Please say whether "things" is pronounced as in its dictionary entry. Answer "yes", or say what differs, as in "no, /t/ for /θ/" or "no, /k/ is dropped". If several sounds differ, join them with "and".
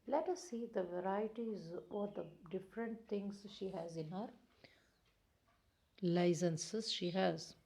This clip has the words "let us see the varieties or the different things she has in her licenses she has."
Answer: no, /t/ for /θ/